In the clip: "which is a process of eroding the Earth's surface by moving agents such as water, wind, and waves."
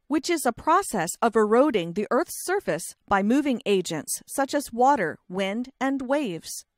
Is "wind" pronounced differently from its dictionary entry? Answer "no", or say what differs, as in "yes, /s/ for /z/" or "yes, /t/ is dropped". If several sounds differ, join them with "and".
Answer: no